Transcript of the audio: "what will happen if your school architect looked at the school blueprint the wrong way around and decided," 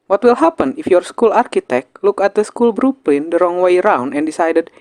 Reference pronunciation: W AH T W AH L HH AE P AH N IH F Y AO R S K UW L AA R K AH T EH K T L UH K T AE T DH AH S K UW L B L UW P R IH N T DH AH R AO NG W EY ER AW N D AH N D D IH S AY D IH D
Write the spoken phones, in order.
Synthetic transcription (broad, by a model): W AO T W AH L HH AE P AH N IH F Y AO R S K UW L AA R K AH T EH K T L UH K AE T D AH S K UW L B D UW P L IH N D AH R AO NG W EY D AW N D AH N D D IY S AY D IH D